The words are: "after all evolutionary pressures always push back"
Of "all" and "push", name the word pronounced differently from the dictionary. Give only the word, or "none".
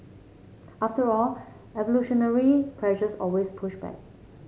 none